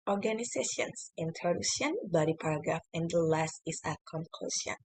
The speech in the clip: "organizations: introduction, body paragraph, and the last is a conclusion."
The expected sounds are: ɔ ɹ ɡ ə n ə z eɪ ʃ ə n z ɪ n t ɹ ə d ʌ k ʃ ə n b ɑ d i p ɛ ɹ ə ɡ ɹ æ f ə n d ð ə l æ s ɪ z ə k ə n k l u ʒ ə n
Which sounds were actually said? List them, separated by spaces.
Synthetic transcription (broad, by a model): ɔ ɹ ɡ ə n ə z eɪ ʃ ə n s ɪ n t ə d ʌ ʃ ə n b ɑ d i p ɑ ɹ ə ɡ ɹ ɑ f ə n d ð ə l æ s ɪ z ə k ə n k l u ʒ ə n